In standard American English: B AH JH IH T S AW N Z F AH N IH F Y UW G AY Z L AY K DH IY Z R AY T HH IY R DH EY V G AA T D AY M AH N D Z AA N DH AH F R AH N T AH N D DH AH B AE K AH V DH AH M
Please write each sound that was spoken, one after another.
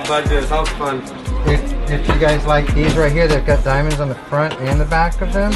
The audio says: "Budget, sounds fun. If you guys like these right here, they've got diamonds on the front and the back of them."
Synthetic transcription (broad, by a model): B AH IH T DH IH Z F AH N IH F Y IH G AY Z L AY K DH IY Z R AY T HH IY R DH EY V G AA T D AY M AH N D Z N DH AH F R AH N T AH N DH AH B AE K AH V DH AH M